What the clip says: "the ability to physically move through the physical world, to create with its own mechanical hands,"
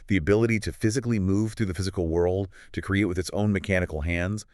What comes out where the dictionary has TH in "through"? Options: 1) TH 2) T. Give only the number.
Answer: 1